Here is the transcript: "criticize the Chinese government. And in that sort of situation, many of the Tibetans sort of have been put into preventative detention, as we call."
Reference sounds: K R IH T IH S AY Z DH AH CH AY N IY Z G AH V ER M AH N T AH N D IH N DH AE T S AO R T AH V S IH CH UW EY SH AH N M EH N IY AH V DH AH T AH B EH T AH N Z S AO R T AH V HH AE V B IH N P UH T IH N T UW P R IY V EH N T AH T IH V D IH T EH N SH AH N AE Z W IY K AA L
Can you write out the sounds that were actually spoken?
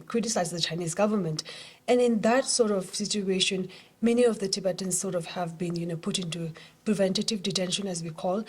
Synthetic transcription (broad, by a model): K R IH T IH S AY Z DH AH CH AY N IY Z G AH V ER M AH N T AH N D IH N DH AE T S AO R T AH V S IH CH UW EY SH AH N M EH N IY AH V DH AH T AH B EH T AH N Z S AO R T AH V HH AE V B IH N P UH T IH N T UW P R IY V EH N T AH T IH V D IH T EH N SH AH N AE Z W IY K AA L